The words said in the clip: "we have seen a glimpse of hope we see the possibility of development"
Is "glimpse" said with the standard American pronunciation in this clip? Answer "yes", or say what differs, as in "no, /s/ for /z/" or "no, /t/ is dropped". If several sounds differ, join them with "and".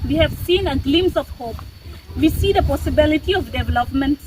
no, /p/ is dropped